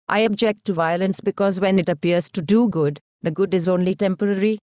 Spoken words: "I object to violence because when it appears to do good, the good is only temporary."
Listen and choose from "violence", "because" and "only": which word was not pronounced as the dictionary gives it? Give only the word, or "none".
none